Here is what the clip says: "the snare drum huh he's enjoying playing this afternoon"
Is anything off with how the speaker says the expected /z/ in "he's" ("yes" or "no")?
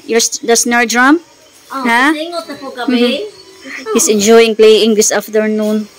yes